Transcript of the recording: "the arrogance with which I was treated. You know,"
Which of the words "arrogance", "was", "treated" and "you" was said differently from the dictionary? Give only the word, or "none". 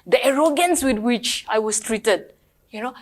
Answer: was